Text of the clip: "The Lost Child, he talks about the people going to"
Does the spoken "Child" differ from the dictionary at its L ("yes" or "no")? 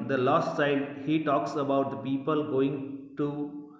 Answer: yes